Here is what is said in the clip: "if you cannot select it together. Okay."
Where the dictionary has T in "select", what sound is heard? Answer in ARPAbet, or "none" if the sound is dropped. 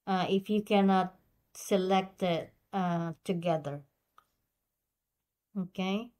T